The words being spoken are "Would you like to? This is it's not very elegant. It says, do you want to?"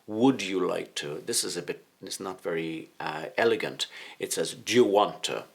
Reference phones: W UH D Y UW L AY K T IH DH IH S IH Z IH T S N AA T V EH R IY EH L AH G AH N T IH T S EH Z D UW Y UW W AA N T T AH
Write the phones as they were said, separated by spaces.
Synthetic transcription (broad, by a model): W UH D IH L AY K T IH DH IH S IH Z IH T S N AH T V EH R IY EH L AH G AH N T IH T S EH Z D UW W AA N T T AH